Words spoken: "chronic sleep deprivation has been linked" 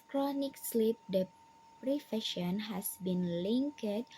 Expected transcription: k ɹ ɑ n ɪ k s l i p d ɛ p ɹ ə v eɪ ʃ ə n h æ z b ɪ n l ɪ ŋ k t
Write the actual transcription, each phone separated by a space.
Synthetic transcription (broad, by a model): k ɹ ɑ n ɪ k s l i p d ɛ p ɹ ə f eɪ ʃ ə n h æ s b ɪ n l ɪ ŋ k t